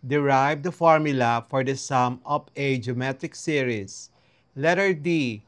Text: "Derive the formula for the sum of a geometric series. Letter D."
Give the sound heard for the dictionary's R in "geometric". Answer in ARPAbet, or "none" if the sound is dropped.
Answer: none